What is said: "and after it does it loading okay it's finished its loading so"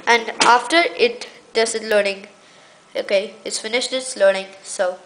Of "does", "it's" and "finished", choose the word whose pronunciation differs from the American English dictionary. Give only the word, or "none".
does